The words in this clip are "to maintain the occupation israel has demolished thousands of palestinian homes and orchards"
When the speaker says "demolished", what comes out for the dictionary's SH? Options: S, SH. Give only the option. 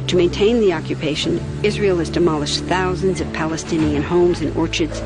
SH